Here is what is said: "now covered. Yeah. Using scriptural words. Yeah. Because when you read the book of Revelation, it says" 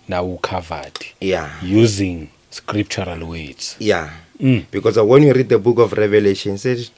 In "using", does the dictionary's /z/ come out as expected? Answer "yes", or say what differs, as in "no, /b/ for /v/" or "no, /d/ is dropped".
yes